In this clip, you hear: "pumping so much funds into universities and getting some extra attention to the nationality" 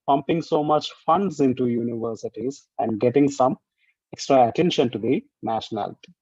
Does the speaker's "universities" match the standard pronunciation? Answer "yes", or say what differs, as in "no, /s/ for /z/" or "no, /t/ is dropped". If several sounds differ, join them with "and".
yes